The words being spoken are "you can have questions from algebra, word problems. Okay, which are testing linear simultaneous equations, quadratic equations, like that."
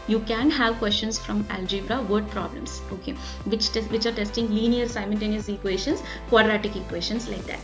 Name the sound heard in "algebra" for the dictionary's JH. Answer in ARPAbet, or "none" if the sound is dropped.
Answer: JH